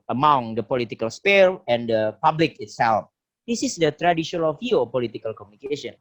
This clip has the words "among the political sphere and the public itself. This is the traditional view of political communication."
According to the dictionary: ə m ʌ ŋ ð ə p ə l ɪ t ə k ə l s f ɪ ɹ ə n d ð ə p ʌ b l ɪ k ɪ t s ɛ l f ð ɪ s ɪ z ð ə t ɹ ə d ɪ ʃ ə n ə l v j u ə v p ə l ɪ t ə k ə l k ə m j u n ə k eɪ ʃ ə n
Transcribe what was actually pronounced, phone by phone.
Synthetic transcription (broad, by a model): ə m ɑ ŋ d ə p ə l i t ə k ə l s p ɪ l ə n d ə p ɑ b l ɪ k ɪ t s ɛ l f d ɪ s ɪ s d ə t ɹ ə d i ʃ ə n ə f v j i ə p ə l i t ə k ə l k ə m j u n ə k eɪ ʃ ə n